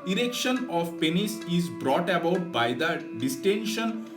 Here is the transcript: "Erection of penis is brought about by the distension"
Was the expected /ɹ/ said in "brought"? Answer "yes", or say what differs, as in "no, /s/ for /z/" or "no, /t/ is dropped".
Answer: yes